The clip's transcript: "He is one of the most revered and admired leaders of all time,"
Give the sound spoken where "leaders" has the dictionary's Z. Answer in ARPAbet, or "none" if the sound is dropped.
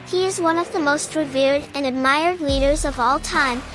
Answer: Z